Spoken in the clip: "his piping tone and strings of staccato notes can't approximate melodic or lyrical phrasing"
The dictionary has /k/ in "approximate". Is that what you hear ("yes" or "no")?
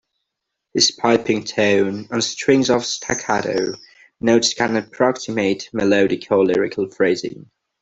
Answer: yes